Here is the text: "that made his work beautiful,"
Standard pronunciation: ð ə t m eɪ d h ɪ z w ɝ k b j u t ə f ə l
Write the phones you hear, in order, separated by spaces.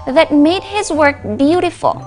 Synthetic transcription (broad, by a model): ð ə t m eɪ d h ɪ z w ɝ k b j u t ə f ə l